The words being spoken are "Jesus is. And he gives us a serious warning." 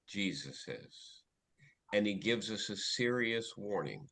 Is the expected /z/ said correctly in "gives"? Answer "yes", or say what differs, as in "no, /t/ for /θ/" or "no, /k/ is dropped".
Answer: yes